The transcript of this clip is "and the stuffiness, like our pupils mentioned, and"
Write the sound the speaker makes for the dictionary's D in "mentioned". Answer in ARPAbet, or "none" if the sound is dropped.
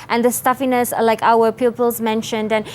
D